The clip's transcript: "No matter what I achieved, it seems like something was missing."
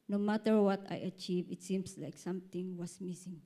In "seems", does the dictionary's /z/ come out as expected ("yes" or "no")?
no